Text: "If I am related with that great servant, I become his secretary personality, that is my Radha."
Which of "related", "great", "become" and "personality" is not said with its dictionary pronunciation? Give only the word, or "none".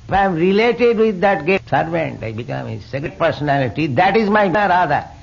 great